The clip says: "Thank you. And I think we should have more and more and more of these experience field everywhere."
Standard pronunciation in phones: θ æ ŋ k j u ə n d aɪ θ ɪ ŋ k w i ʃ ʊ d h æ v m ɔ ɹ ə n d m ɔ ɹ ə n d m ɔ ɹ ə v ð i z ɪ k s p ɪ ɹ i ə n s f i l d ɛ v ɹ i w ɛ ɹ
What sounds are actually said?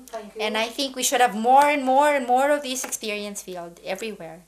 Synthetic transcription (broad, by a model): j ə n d aɪ θ ɪ ŋ k w i ʃ ʊ d h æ v m ɔ ɹ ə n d m ɔ ɹ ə n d m ɔ ɹ ə v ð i s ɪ k s p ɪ ɹ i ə n s f i l d ɛ v ɹ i w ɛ ɹ